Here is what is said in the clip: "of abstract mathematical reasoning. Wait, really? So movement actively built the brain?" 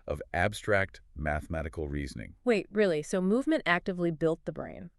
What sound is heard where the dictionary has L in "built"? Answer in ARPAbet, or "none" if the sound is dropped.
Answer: L